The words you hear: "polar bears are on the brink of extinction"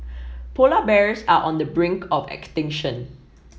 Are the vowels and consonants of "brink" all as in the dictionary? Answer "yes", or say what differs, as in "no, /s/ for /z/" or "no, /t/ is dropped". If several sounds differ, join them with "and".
yes